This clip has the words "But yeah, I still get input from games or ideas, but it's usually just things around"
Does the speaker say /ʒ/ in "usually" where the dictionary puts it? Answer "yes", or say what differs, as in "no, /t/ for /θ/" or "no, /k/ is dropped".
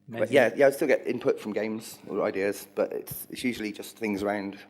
yes